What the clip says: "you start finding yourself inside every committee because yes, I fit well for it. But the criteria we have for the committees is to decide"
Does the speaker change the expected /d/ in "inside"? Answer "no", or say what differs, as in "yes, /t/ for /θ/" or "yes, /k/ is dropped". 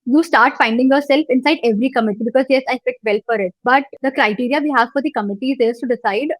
no